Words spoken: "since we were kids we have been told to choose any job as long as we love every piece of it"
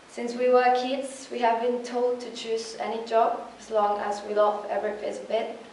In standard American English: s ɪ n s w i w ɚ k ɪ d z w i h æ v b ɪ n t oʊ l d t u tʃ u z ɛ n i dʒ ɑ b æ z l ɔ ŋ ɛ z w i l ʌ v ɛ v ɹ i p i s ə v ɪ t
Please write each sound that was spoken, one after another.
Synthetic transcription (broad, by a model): s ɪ n s w i w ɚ k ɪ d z w i h æ v b ɪ n t oʊ l d t u tʃ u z ɛ n i dʒ ɑ b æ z l ɔ ŋ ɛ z w i l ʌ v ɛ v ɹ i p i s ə b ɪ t